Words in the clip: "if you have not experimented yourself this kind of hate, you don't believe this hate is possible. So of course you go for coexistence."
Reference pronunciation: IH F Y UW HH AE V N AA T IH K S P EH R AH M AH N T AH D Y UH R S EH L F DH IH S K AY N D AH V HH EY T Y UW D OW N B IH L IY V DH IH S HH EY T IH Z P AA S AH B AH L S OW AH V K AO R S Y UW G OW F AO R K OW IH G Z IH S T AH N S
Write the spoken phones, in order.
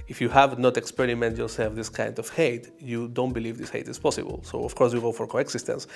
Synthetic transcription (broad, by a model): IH F Y UW HH AE V N AA T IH K S P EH R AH M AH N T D Y UH R S EH L F DH IH S K AY N D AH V HH EY T Y UW D OW N B IH L IY V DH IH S HH EY T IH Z P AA S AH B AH L S OW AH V K AO R S Y UW G OW F AO R K OW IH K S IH S T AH N S